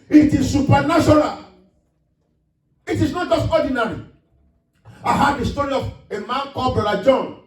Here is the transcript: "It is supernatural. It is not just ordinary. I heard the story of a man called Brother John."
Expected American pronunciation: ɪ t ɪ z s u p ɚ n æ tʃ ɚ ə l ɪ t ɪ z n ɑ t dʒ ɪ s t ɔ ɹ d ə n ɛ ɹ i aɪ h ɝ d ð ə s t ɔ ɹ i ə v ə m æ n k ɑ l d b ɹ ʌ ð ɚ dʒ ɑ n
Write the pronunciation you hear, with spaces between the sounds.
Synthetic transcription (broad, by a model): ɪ t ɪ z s u p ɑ n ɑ ʃ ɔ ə l ɪ t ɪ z n ɑ t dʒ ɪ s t ɔ d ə n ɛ ɹ i aɪ h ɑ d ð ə s t ɔ ɹ i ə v ə m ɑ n k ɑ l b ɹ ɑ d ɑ dʒ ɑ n